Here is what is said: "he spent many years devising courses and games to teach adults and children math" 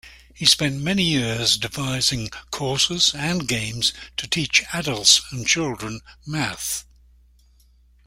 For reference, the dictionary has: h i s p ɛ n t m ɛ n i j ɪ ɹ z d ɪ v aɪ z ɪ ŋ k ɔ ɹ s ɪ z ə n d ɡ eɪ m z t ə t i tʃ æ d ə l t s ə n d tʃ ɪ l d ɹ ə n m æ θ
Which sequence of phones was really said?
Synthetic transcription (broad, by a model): h i s p ɛ n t m ɛ n i j ɪ ɹ z d ɪ v aɪ z ɪ ŋ k ɔ ɹ s ɪ z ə n ɡ eɪ m z t ə t i tʃ æ d ə l t s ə n tʃ ɪ l d ɹ ə n m æ θ